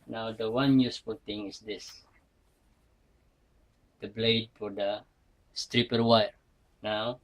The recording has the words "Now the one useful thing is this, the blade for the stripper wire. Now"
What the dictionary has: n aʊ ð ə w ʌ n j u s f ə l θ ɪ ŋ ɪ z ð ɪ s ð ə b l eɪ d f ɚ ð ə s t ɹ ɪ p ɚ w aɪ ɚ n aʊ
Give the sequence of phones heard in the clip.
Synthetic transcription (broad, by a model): n aʊ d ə w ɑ n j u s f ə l t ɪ ŋ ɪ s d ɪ s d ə b l eɪ d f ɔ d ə s t ɹ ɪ p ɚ w aɪ ɚ n aʊ